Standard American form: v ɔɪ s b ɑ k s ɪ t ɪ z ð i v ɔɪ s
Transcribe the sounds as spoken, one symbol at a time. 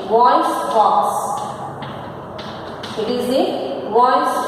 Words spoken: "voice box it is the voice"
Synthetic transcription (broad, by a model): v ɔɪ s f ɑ s ɪ t ɪ z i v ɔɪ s